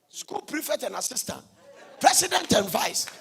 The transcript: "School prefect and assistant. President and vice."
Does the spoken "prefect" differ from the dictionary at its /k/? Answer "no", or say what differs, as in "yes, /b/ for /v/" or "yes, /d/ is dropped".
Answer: yes, /k/ is dropped